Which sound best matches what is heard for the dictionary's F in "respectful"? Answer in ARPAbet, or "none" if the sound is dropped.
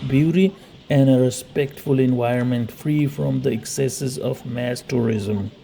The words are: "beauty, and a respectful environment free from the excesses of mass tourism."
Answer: F